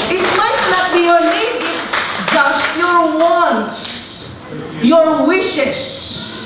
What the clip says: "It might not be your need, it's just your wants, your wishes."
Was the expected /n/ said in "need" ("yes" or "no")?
no